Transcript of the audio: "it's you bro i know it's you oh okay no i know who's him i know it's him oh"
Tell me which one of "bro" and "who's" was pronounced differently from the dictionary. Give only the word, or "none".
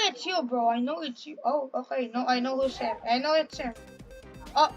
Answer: who's